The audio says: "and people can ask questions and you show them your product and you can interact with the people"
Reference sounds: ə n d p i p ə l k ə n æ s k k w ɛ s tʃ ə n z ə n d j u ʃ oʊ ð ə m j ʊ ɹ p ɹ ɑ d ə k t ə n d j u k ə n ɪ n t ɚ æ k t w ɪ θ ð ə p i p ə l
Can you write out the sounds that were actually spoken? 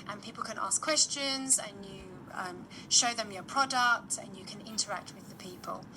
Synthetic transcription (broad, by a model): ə n p i p ə l k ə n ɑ s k k w ɛ s tʃ ə n z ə n j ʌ ʃ oʊ ð ə m j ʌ p ɹ ɑ d ə k t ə n j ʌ k ə n ɪ n t ɚ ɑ k t w ɪ ð ə p i p ə l